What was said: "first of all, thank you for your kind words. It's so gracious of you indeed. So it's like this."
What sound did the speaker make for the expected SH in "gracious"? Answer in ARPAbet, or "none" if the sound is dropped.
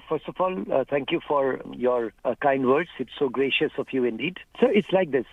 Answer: SH